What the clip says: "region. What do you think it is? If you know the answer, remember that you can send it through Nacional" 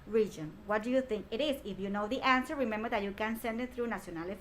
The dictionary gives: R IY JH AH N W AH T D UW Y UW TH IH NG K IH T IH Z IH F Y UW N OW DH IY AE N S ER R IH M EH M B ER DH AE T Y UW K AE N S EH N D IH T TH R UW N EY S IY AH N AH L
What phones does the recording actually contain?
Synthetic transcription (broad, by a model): R IY JH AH N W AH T D UW Y UW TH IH NG K IH T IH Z IH F Y UW N OW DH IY AE N S ER R IH M EH M B ER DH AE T Y UW K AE N S EH N D IH T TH R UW N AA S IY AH N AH L